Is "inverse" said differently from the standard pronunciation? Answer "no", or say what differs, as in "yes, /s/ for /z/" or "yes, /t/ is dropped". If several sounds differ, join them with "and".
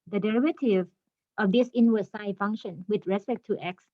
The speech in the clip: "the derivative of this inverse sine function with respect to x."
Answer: yes, /w/ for /v/